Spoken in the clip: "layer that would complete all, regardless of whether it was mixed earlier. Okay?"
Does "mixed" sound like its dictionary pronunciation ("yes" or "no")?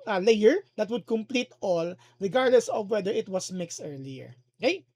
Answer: yes